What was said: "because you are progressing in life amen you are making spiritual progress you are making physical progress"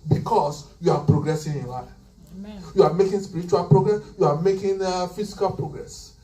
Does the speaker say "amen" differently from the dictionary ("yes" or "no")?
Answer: yes